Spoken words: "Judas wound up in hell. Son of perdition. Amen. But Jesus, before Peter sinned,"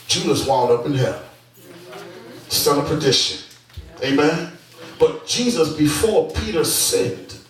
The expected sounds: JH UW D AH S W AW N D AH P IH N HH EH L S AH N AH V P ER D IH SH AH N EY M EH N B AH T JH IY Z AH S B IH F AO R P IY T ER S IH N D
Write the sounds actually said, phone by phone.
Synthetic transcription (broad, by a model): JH UW D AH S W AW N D AH P IH N HH EH L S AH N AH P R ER D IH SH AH N EY M EH N B AH T JH IY Z AH S B IH F AO R P IY T ER S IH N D